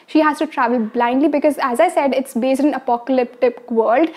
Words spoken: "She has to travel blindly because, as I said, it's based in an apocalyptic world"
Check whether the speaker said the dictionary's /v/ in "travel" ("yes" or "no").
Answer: yes